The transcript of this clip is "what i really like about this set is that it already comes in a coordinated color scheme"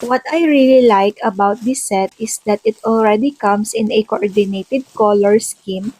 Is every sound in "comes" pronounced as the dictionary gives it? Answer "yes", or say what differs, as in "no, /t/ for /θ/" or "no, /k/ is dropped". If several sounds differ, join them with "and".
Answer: no, /s/ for /z/